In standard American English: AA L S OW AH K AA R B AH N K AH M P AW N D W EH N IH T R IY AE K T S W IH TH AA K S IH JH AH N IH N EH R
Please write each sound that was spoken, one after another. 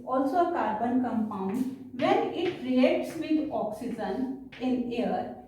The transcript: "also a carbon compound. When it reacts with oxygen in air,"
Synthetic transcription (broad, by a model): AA L S OW AH K AA R B AH N K AH M P AW N D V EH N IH T R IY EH T S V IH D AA K S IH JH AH N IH N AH R